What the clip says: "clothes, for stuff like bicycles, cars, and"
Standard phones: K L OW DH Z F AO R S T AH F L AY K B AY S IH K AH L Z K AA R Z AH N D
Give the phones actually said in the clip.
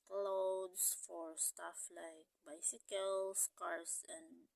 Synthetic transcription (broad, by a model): K L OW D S F AO R S T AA F L AY K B AY S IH K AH L S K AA R S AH N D